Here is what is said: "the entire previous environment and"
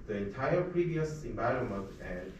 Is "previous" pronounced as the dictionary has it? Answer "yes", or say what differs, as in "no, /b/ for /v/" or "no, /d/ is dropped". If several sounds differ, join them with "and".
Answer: yes